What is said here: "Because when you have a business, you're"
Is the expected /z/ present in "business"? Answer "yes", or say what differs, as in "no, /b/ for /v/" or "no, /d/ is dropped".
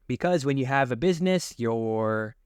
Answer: yes